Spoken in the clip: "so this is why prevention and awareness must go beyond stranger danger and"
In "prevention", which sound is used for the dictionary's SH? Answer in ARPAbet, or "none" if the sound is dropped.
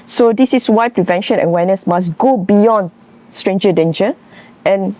SH